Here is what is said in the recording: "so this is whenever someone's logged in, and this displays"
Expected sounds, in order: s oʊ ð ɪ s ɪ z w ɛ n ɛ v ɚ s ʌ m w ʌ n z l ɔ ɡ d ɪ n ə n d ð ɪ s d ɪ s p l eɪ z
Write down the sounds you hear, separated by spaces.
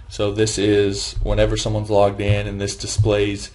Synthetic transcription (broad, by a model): s oʊ ð ɪ s ɪ z w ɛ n ɛ v ɚ s ʌ m w ʌ n z l ɔ ɡ d ɪ n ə n ð ɪ s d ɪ s p l eɪ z